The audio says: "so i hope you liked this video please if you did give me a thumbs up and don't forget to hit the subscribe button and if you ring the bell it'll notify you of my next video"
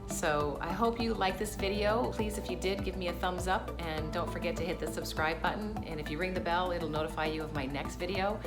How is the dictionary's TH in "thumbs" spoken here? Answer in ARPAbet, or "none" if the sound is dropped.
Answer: TH